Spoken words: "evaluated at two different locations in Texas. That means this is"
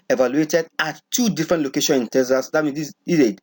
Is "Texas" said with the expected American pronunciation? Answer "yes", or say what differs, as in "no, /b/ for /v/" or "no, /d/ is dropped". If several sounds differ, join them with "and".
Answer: no, /k/ is dropped